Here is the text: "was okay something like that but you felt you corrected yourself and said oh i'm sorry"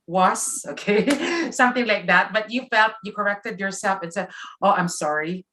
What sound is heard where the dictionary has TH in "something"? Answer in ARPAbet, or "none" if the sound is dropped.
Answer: TH